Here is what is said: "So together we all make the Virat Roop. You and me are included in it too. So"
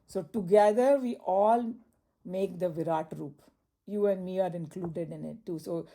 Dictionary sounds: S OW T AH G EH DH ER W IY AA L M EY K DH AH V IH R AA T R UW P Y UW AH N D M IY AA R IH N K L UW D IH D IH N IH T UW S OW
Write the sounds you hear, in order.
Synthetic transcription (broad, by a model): S OW T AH G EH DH ER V IY AA L M EY K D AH V IH R AA T R UW P Y UW AH N D M IY AA R IH N K L UW D IH D IH N IH T UW S OW